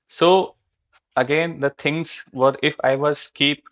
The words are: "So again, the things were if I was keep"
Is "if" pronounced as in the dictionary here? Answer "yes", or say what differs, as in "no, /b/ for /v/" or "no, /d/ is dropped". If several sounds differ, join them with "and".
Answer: yes